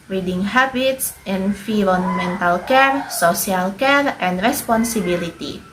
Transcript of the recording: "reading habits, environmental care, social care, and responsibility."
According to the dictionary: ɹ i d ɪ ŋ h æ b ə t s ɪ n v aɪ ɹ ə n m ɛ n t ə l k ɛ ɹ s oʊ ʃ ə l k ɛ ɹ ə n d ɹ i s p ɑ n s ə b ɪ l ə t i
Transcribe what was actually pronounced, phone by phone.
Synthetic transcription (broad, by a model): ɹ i d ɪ ŋ h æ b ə t s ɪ n f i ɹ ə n m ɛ n t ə l k ɛ ɹ s oʊ s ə l k ɛ ɹ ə n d ɹ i s p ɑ n s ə b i l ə t i